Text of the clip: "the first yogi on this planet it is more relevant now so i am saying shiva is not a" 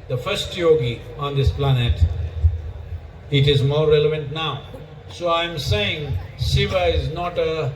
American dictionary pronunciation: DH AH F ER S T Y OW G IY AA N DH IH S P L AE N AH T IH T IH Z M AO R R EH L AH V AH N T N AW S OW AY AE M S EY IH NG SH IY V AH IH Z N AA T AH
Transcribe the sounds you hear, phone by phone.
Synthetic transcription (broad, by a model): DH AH F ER S T Y OW G IY AA N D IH S P L AE N AH T IH T IH Z M AO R R EH L AH V AH N T N AW S OW AY M S EY IH NG S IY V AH IH Z N AA T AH